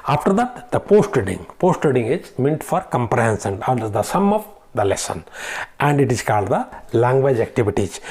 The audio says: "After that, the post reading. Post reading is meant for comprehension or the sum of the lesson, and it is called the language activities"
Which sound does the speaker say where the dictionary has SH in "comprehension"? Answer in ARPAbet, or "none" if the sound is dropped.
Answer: S